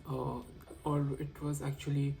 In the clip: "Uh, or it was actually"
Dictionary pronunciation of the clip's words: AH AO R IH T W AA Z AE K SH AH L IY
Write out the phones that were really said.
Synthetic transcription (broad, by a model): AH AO L IH T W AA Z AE K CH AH L IY